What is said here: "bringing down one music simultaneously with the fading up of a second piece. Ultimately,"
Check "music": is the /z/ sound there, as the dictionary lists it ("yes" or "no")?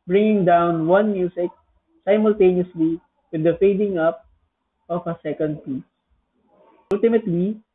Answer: no